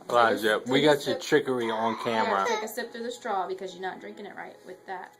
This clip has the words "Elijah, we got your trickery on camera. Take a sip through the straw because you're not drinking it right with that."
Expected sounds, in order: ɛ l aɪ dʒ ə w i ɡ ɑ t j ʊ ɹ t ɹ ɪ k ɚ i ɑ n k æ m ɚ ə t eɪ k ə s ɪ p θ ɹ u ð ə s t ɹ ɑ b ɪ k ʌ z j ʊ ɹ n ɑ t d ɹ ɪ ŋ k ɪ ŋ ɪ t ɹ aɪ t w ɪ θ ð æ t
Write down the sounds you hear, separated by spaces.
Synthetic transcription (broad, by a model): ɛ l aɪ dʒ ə w i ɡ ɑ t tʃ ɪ t ɹ ɪ k ɚ i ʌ n k æ m ɚ ə t eɪ k ə s ɪ p θ ɹ u ð ə s t ɹ ɑ b ɪ k ʌ z j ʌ ɹ n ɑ t d ɹ ɪ ŋ k ɪ ŋ ɪ t ɹ aɪ t w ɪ ð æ t